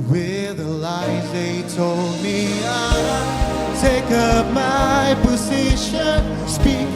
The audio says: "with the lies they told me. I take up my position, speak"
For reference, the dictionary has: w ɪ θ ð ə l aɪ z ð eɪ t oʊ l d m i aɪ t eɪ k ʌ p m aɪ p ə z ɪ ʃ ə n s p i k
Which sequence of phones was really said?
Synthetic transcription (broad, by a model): w ɪ ð ə l aɪ z ð eɪ t oʊ l d m i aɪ t eɪ k ʌ p m aɪ p ə z ɪ ʃ ə n s p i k